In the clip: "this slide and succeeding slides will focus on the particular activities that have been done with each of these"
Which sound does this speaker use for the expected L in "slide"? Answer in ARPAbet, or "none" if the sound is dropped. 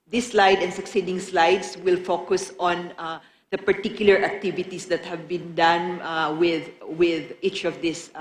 L